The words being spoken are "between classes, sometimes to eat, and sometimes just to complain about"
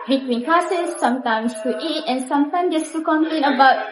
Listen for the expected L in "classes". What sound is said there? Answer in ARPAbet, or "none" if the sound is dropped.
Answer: none